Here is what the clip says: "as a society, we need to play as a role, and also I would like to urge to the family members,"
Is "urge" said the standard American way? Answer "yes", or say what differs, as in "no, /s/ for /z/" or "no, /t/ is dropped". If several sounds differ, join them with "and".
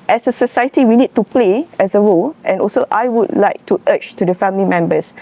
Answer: no, /tʃ/ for /dʒ/